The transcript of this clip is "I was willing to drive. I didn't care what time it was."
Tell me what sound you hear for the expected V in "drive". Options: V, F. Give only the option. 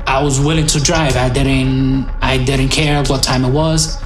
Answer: V